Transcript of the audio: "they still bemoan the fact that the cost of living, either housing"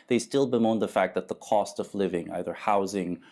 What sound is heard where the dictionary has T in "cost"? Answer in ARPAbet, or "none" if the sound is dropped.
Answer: T